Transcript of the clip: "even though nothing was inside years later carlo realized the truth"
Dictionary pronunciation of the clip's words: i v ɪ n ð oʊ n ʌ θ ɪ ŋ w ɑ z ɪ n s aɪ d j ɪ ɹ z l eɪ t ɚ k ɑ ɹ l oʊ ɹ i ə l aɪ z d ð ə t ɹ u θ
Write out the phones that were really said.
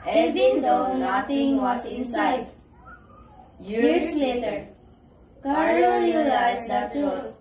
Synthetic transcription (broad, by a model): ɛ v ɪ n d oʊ n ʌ t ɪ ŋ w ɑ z ɪ n s aɪ d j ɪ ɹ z l eɪ t ɚ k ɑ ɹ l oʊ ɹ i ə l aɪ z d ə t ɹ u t